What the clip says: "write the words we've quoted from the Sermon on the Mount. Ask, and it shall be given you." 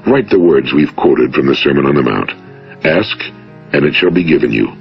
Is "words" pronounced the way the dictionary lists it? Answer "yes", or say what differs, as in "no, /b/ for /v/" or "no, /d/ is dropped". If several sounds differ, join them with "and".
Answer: yes